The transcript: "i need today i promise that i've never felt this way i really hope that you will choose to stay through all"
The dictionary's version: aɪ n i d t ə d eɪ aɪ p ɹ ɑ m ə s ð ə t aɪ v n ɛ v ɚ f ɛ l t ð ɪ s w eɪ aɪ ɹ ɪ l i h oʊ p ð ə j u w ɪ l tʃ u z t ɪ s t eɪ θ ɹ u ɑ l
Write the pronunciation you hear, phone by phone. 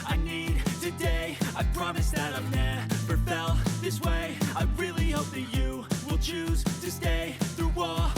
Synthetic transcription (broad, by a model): aɪ n i d t ə d eɪ aɪ p ɹ ɑ m ə s ð ə t aɪ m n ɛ p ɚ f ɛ l ð ɪ s w eɪ aɪ ɹ ɪ l i h oʊ p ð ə j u w ɪ l tʃ u z t ɪ s t eɪ θ ɹ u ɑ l